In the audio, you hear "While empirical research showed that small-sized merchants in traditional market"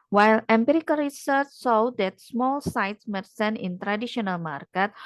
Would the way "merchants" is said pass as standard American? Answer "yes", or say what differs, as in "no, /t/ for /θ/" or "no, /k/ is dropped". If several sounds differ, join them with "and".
no, /s/ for /tʃ/